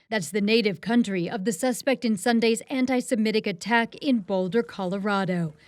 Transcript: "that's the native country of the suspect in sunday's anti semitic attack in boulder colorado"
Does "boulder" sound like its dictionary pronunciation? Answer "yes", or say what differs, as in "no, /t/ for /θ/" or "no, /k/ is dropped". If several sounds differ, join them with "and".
yes